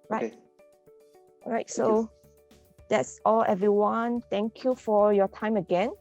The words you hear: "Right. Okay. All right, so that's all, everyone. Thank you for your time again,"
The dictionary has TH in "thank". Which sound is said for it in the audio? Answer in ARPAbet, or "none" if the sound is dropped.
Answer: T